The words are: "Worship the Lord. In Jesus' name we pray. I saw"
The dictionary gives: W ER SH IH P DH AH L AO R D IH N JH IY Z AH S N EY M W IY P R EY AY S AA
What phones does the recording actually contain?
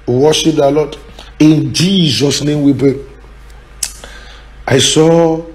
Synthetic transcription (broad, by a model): W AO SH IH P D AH L AO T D IH N JH IY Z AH S N EY M W IY B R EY AY S AA